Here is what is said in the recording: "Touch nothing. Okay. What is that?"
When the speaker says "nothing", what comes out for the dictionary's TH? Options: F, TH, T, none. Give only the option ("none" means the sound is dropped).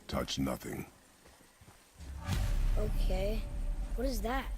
TH